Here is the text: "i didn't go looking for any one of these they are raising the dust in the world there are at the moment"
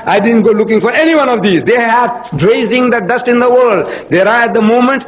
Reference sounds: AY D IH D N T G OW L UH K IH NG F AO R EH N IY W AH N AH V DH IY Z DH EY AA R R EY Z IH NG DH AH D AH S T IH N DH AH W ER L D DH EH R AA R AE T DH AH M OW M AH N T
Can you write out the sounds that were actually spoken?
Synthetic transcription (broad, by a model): AY D IH D N T G OW L UH K IH NG F AO R EH N IY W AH N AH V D IY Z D EY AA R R EY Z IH NG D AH D AH S T IH N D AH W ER L D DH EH R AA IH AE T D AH M OW M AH N T